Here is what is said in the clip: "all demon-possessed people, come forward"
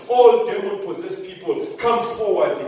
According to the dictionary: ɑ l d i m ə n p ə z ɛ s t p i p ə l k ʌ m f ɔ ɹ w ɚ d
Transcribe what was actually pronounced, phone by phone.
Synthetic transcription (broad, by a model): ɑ l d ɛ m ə l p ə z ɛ s p i p ə l k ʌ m f ɔ w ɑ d